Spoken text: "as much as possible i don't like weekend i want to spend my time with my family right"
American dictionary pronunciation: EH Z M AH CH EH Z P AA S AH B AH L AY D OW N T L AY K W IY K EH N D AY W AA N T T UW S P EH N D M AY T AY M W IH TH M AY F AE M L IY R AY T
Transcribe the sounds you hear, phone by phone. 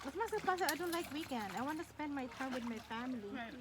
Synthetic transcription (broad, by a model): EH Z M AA S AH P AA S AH AH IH D OW N T L AY K W IY K EH N D AY W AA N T T UW S P EH N D M AY T AY M W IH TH M AY F AE M L IY